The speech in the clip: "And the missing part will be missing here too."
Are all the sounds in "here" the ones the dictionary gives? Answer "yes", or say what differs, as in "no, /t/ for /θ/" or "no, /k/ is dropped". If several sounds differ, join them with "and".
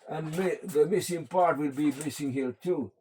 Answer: no, /l/ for /ɹ/